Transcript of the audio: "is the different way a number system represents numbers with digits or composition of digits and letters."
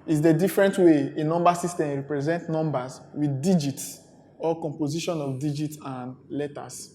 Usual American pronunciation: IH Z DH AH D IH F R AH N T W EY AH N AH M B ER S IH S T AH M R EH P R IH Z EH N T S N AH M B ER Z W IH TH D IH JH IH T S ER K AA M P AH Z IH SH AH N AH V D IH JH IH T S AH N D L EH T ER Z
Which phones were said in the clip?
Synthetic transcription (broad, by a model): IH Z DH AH D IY F R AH N T W EY AH N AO M B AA S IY S T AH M R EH P R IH Z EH N T N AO M B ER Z W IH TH D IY JH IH T S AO K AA M P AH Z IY SH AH N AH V D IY JH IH T S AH N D L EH T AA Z